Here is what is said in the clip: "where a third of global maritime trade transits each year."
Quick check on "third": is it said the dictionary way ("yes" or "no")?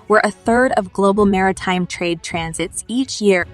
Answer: yes